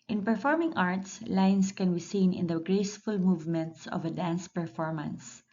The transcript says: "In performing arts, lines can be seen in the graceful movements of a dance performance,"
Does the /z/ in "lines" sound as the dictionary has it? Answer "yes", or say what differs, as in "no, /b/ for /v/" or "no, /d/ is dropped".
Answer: no, /s/ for /z/